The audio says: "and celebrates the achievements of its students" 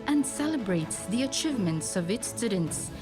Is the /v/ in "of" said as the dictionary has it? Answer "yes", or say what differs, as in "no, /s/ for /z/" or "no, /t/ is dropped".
yes